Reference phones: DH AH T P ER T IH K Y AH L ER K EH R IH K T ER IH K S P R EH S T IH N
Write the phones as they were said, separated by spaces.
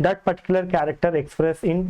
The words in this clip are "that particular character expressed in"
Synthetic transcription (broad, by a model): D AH T P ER T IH K Y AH L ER K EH R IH K T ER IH K S P R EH S IH N